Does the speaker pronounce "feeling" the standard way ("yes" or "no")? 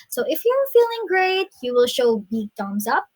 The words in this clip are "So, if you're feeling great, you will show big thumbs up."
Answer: yes